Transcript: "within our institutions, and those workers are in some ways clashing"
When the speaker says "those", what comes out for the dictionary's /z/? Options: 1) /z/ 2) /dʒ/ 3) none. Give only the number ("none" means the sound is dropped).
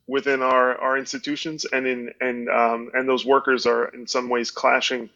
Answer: 1